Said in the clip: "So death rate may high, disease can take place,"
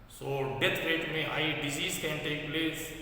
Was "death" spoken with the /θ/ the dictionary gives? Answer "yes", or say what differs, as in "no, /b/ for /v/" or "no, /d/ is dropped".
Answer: no, /t/ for /θ/